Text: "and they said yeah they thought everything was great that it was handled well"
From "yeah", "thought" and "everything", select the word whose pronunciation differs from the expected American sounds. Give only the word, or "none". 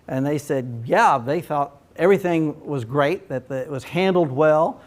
none